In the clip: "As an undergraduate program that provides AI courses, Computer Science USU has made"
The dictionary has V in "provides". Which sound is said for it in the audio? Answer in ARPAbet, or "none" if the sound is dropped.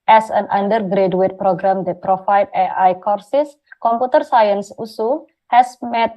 F